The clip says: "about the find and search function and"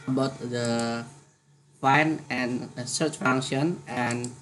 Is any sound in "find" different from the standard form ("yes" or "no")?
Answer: yes